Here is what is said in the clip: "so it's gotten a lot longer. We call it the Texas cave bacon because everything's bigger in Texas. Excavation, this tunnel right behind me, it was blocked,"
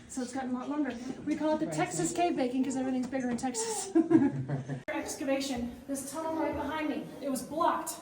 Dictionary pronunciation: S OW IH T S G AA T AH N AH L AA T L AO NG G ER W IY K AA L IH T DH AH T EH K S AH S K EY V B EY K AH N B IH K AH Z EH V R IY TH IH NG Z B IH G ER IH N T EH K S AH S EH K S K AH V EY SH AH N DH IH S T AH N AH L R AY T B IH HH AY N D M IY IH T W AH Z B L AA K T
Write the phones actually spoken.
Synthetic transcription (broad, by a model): S OW IH T S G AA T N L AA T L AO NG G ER W IY K AA L IH T DH AH T EH K S AH S K EY V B EY K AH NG K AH Z EH V R IY TH IH NG Z B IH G ER IH N T EH K S AH S EH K S K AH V EY SH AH N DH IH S T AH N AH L L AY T B IH HH AY N D M IY IH T W AH Z B L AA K T